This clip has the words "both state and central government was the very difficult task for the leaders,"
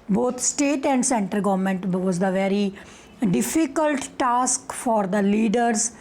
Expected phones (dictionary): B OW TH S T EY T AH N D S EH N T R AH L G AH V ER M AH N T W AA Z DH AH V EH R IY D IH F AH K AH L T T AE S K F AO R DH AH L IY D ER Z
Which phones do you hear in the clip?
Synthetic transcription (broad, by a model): B OW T S T EY T AH N D S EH N T AH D G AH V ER M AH N T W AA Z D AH V EH R IY D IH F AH K AH L T T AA S K F AO R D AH L IY D ER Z